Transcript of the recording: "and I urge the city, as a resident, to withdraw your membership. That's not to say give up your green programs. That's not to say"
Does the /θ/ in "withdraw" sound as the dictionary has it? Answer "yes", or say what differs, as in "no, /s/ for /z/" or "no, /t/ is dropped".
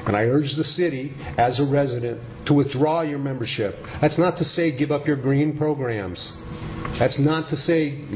yes